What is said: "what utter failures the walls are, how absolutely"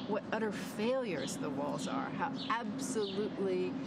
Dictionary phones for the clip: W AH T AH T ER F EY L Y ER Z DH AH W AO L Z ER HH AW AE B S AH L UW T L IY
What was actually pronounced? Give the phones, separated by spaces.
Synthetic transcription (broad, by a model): W AH T AH T ER F EY L Y ER Z DH AH W AO L Z ER HH AW AE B S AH L UW T L IY